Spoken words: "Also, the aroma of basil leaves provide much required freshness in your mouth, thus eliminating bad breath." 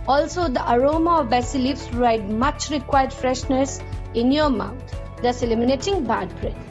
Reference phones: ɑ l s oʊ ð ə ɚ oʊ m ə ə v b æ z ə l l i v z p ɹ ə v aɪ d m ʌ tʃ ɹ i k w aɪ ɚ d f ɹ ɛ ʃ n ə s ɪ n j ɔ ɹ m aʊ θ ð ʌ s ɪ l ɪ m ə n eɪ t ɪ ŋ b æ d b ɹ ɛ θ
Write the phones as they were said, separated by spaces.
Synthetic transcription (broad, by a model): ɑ l s oʊ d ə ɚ oʊ m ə ə v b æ s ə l l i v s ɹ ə ɪ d m ʌ tʃ ɹ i k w aɪ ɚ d f ɹ ɛ ʃ n ə s ɪ n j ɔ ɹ m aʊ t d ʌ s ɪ l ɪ m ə n eɪ t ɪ ŋ b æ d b ɹ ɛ